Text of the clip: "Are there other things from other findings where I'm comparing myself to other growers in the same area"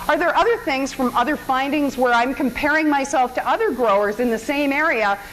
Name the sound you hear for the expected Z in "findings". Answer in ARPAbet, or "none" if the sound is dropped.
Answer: Z